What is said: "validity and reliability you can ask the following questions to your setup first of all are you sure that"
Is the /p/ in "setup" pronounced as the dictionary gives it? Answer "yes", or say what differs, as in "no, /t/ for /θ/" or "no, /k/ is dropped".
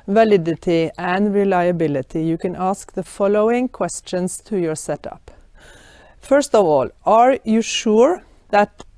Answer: yes